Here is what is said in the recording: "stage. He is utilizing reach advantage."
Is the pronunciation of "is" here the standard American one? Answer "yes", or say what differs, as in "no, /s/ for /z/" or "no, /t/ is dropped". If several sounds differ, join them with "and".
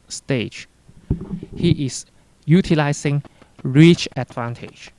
no, /s/ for /z/